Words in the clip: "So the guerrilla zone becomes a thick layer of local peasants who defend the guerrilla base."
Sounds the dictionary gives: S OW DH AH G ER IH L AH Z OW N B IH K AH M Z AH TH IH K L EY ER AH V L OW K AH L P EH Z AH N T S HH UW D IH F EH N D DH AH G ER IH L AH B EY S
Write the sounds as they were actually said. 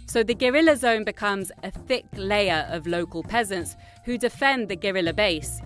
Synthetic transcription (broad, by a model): S OW DH AH G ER IH L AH Z OW N B IH K AH M Z AH TH IH K L EY ER AH V L OW K AH L P EH Z AH N T S HH UW D IH F EH N DH AH G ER IH L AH B EY S